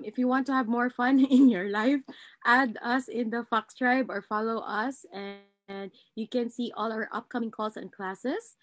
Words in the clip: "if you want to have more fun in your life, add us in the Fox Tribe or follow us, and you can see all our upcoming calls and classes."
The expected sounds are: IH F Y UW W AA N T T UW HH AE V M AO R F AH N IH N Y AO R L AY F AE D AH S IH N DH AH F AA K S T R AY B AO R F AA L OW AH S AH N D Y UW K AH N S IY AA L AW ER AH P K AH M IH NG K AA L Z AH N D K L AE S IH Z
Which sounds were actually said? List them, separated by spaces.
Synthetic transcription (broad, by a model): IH F Y UW W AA N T T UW HH AE V M AO R F AH N IH N Y AO R L AY F AE D AH S IH N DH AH F AA K S T R AY B AO R F AA L OW AH S AH N D Y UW K AH N S IY AA L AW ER AH P K AH M IH NG K AA L S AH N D K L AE S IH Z